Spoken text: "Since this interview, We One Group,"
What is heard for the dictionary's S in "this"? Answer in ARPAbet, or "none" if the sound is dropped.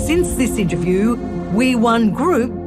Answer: S